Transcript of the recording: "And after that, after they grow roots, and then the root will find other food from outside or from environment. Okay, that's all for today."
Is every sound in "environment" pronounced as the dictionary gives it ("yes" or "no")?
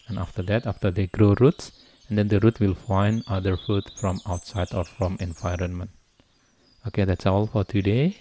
yes